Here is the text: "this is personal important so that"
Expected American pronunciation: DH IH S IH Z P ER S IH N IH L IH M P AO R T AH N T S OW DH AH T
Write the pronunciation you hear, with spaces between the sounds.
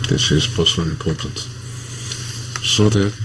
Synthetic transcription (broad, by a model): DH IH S IH Z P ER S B L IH IH M P AO R T AH N T S OW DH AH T